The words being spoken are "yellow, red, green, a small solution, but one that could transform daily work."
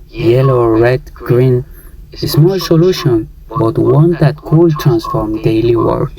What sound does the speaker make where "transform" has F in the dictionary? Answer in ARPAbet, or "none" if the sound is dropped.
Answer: F